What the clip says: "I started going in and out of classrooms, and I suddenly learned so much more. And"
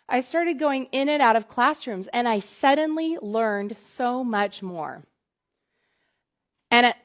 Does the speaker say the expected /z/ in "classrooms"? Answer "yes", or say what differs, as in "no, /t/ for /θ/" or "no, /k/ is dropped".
yes